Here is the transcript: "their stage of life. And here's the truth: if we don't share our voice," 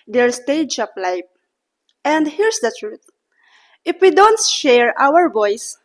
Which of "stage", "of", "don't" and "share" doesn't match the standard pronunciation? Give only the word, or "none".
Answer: of